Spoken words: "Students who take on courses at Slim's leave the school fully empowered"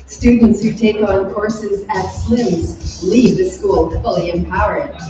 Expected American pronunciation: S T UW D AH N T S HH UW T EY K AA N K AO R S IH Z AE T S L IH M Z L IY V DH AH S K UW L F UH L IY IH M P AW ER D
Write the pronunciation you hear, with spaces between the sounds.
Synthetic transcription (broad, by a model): S T UW D N T S HH UW T EY K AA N K AO R S IH Z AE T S L IH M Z L IY V DH AH S K UW L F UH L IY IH M P AW ER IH